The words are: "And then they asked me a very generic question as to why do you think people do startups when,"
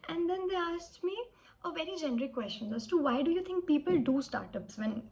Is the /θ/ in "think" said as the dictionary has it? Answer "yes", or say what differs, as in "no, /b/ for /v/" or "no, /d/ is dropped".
no, /t/ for /θ/